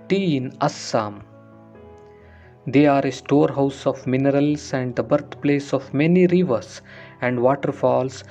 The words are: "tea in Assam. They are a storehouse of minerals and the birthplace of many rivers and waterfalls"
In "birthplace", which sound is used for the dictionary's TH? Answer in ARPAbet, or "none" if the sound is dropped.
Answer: T